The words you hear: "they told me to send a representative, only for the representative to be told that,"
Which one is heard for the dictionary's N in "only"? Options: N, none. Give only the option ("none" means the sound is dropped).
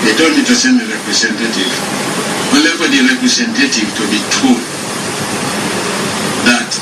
none